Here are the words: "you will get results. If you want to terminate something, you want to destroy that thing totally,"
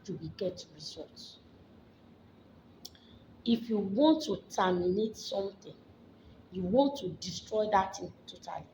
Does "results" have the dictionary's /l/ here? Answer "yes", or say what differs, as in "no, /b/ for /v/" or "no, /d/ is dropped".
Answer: no, /l/ is dropped